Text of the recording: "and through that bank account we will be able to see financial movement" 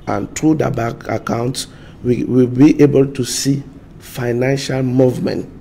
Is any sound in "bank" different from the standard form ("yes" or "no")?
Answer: yes